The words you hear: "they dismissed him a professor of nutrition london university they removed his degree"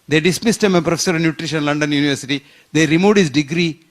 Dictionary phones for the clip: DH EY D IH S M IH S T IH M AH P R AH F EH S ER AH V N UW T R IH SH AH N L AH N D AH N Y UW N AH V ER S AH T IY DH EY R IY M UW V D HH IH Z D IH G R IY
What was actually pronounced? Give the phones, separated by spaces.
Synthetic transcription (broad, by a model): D EY D IH S M IH S T IH M AH P R AH F EH S ER AH V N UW T R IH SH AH N L AH N D AH N Y UW N AH V ER S AH T IY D EY R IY M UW D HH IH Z D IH G R IY